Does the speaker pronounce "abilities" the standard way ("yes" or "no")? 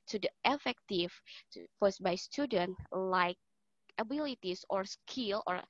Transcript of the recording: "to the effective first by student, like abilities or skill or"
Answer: no